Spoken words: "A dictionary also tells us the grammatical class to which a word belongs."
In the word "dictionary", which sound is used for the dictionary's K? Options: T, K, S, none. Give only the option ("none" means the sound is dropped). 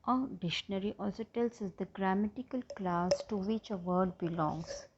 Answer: none